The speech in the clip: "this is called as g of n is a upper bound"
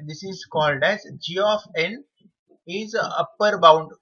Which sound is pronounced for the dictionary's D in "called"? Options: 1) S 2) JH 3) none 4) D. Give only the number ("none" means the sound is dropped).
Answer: 4